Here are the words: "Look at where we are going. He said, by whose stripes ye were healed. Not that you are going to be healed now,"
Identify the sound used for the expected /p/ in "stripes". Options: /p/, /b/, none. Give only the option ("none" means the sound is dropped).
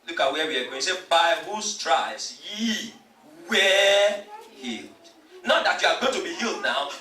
none